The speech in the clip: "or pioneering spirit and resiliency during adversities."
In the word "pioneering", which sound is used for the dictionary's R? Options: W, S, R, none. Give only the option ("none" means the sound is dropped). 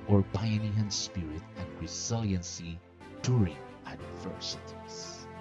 none